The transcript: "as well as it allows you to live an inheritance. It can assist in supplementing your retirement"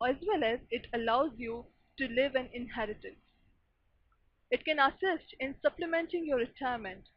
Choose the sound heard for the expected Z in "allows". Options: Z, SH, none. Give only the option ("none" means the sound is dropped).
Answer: Z